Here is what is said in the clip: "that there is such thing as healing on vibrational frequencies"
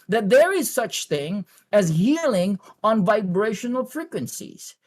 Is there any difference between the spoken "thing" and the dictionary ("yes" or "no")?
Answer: no